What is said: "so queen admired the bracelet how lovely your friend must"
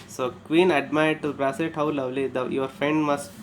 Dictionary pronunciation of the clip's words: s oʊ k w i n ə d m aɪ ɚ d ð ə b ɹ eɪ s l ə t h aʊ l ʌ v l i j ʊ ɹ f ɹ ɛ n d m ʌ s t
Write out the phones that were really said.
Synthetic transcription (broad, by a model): s oʊ k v i n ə d m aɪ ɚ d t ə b ɹ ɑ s ə t h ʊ l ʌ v l i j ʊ ɹ f ɹ ɛ n d m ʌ s t